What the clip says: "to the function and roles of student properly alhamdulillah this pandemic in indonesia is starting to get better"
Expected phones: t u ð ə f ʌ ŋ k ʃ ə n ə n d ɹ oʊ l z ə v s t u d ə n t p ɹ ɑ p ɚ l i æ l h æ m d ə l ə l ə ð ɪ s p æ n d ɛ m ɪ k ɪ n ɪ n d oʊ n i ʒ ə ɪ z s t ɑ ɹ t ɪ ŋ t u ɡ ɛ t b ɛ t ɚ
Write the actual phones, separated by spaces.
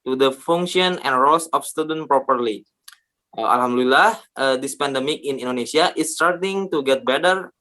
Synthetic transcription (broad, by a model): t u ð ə f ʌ ŋ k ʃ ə n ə n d ɹ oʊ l s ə f s t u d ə n p ɹ ɑ p ɚ l i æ l h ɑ m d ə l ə l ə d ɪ s p æ n d ɛ m ɪ k ɪ n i n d oʊ n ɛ s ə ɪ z s t ɑ ɹ t ɪ ŋ t u ɡ ɛ t b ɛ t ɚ